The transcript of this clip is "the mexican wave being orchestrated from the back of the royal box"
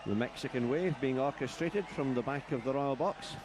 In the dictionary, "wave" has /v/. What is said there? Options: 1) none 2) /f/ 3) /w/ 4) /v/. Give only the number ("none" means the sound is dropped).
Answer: 4